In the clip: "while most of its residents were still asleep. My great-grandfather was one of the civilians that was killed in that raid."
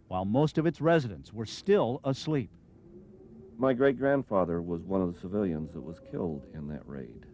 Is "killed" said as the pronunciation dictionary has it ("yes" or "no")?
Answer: yes